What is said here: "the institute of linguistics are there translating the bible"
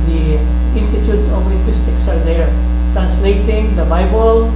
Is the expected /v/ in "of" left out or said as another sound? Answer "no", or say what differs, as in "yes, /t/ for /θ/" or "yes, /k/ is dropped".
yes, /p/ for /v/